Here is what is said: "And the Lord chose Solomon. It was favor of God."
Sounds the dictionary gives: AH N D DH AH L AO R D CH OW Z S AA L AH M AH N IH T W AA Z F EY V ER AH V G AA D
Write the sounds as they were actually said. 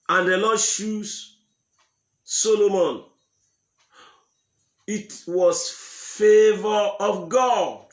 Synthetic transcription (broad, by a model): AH N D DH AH L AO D SH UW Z S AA L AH M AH N IH T W AA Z F EY V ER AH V G AA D